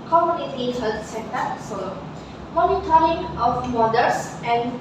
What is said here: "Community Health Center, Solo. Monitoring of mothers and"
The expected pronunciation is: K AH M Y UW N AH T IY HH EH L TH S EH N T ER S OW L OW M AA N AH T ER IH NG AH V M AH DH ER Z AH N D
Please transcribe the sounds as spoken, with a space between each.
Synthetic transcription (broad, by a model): K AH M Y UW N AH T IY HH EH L T S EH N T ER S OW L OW M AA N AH T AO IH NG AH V M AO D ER S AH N